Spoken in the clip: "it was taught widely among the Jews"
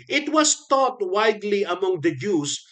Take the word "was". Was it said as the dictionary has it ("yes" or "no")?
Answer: no